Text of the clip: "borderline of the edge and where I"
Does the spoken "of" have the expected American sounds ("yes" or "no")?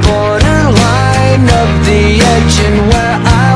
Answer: no